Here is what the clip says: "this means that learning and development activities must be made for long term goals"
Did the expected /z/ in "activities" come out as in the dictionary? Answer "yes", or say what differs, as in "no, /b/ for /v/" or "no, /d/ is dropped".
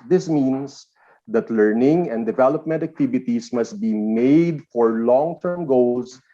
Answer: no, /s/ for /z/